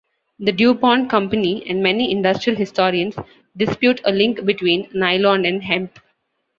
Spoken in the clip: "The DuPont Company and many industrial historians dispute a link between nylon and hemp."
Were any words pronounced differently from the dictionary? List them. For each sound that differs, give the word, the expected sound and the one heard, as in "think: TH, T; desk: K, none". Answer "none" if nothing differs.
historians: Z, S